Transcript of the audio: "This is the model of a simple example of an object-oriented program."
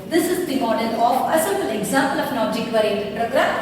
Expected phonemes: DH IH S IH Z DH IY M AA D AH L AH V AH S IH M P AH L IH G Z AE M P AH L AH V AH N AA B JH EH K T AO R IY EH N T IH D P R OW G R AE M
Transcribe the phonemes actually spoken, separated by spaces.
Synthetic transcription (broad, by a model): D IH S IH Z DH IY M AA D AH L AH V AH S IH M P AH L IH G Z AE M P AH L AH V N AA JH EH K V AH R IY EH T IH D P R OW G R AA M